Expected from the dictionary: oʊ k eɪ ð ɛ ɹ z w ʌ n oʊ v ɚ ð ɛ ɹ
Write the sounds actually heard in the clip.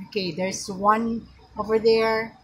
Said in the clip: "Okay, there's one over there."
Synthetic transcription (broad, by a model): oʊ k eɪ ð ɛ ɹ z w ʌ n oʊ v ɚ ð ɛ ɹ